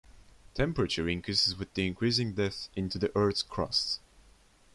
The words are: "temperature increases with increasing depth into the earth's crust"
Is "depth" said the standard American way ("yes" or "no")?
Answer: no